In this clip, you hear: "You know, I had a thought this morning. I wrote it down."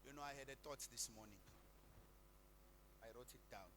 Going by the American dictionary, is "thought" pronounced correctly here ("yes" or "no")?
no